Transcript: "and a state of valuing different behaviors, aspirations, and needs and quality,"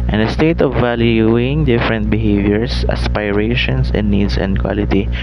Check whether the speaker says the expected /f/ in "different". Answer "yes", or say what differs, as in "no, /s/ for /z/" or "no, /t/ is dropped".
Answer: yes